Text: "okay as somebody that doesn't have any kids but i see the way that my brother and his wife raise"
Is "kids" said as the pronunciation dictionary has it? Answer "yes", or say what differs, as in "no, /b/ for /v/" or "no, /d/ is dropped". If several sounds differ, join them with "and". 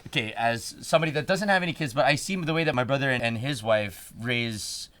yes